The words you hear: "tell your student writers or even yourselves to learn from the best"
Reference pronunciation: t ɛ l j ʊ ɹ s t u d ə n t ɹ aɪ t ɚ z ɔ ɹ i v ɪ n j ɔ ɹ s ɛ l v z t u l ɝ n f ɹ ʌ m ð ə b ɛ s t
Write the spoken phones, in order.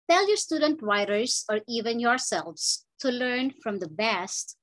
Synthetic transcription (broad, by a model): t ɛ l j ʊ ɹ s t u d ə n t w aɪ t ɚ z ɔ ɹ i v ɪ n j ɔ ɹ s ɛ l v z t u l ɝ n f ɹ ʌ m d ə b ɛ s t